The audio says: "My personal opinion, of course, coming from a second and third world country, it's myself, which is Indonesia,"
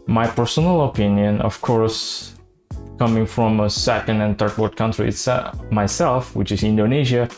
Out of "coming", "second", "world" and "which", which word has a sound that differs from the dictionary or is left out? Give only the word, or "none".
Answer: world